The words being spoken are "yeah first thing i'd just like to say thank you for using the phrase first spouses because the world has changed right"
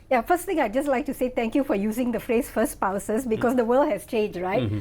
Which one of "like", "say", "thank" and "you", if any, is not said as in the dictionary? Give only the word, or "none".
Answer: thank